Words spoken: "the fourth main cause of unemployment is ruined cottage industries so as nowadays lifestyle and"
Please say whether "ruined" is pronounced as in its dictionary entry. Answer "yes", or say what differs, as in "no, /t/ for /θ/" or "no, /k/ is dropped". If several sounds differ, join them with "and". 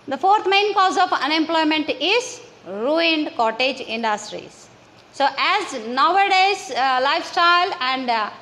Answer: yes